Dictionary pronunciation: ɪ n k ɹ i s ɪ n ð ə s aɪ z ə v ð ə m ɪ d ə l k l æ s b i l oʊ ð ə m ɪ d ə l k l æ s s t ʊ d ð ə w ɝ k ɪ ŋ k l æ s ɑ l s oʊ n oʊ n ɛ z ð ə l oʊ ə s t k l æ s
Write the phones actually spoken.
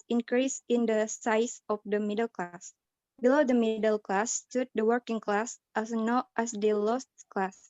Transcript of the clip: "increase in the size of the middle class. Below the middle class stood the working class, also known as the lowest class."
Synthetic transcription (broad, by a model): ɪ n k ɹ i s ɪ n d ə s aɪ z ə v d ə m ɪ d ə l k l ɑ s b i l oʊ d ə m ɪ d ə l k l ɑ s s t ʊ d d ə w ɝ k ɪ ŋ k l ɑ s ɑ s n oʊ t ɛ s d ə l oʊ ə s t k l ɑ s